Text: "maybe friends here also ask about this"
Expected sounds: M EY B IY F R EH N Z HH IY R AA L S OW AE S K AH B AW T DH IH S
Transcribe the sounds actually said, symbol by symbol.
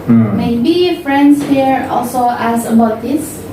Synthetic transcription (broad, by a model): M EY B IY F R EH N S HH IY R AA L S OW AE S AH B AW T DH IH S